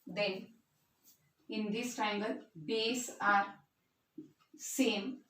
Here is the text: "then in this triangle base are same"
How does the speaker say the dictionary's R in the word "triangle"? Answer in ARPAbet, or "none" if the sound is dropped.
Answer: none